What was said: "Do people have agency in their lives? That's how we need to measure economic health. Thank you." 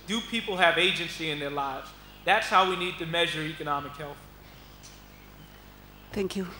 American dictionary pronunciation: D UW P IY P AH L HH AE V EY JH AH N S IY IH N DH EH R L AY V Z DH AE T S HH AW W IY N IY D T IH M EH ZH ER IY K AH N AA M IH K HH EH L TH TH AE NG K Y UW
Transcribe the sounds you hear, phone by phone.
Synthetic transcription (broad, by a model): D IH P IY P L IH V EY JH AH N S IY IH N DH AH R L AY V Z DH AE T S HH AW W IY N IY D T IH M EH ZH ER IY K AH N AA M IH K HH EH L TH TH AE NG K Y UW